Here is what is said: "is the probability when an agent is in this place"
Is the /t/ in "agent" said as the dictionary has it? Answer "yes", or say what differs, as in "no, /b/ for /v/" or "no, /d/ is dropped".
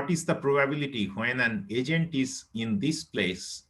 yes